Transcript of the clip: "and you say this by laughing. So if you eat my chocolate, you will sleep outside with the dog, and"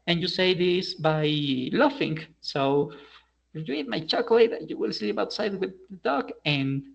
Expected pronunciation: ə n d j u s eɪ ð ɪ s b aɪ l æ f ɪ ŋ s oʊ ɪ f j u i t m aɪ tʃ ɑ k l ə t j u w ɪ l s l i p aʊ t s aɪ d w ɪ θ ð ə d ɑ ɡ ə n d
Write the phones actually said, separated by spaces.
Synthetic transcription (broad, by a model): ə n j u s eɪ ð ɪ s b aɪ l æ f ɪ ŋ s oʊ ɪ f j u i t m aɪ tʃ ɑ k l ə t j u w ɪ l s l i p aʊ t s aɪ d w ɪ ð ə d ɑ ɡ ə n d